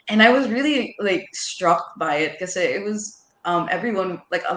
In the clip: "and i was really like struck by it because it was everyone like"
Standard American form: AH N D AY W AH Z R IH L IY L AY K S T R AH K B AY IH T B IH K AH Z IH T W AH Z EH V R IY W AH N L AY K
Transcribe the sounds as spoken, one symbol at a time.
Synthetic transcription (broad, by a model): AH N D AY W AH Z R IH L IY L AY K S T R AH K B AY IH T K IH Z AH IH T W AH Z EH V R IY W AH N L AY K